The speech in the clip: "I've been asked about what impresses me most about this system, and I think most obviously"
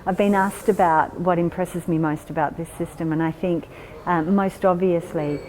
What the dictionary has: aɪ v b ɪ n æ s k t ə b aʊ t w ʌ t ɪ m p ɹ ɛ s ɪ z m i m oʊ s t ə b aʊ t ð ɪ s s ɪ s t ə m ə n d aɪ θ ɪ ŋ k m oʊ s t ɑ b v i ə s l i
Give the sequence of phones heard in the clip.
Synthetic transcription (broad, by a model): aɪ v b ɪ n æ s k t ə b aʊ t w ʌ t ɪ m p ɹ ɛ s ɪ z m i m oʊ s t ə b aʊ t ð ɪ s s ɪ s t ə m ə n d aɪ θ ɪ ŋ k m oʊ s t ɑ b v i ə s l i